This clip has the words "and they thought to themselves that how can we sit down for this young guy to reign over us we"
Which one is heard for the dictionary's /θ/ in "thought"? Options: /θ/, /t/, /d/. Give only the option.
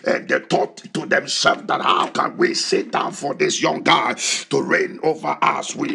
/t/